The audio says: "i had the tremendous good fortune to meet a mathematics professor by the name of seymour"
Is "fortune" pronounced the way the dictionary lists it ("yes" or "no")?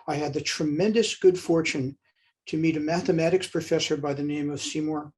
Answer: yes